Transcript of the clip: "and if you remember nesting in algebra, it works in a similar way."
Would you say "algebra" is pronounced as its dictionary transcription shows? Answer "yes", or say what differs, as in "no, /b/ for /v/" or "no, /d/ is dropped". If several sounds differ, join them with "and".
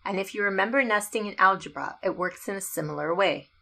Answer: yes